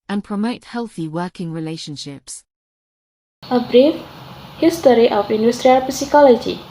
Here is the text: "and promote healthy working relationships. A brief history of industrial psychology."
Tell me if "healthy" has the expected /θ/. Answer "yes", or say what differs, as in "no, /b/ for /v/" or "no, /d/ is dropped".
yes